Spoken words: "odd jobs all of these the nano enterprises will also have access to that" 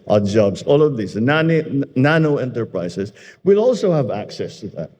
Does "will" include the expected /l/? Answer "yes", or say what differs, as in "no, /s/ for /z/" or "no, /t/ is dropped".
yes